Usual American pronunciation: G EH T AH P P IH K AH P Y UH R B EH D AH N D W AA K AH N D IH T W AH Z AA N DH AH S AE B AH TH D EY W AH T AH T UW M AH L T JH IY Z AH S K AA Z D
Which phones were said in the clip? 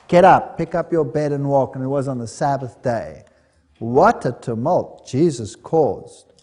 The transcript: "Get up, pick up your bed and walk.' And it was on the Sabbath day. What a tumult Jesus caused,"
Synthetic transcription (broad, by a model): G EH T AH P P IH K AH P Y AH R B EH D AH N W AA K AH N IH T W AH Z N DH AH S AE B AH TH D EY W AH T AH T UW M AH L T JH IY Z AH S K AA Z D